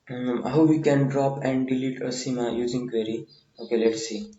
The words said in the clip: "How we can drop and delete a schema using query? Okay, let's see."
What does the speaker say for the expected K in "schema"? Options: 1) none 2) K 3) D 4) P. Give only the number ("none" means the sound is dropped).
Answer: 1